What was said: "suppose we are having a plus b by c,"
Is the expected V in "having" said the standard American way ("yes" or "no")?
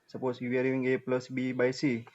no